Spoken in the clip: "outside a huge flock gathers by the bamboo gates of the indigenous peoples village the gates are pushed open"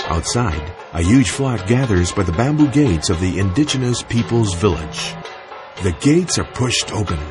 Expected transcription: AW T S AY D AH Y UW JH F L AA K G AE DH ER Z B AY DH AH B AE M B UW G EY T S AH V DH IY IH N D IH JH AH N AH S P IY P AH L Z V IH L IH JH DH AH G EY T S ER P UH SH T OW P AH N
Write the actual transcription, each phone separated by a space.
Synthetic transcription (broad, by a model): AW T S AY D AH Y UW JH F L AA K G AE DH ER Z B AY DH AH B AE M B UW G EY T S AH V DH IY IH N D IH JH AH N AH S P IY P L Z V IH L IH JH DH AH G EY T S ER P UH SH T OW P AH N